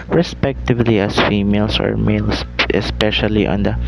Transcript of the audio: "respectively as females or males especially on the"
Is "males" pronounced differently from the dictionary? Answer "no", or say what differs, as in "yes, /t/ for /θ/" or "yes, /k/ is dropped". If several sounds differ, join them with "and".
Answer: yes, /s/ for /z/